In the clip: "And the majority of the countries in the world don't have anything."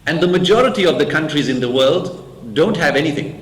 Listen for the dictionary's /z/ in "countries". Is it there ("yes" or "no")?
yes